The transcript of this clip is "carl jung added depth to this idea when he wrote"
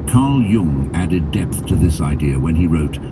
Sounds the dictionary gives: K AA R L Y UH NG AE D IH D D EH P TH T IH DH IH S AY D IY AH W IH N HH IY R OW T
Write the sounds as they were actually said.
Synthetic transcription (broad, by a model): K AA R L Y UH NG AE D IH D D EH P TH T IH DH IH S AY D IY AH W IH N IY R OW T